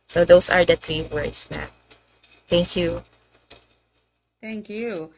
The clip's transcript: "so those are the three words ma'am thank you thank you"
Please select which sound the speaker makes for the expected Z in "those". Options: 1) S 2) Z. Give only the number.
1